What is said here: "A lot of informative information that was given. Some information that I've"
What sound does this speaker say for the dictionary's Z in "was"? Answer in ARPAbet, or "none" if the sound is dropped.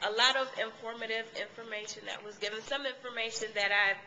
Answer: Z